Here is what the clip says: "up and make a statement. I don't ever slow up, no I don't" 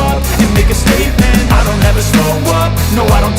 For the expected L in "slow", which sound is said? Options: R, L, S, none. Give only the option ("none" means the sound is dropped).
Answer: none